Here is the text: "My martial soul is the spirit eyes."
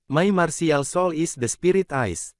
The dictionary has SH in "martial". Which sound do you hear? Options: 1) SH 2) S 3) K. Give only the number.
2